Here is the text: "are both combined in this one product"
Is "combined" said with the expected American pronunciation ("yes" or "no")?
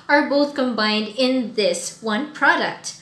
yes